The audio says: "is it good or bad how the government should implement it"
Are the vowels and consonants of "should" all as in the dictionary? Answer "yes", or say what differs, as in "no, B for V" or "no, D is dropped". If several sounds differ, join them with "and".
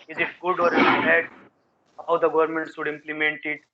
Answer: no, S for SH